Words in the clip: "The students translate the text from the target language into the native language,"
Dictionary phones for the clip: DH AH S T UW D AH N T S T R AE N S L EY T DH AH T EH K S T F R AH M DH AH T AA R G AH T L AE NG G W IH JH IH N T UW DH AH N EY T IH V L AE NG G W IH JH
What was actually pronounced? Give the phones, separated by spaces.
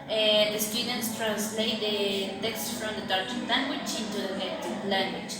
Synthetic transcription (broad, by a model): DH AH S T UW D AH N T S T R AE N S L EY T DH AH T EH K S T F R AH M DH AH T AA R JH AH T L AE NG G W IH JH IH N T UW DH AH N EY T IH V L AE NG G W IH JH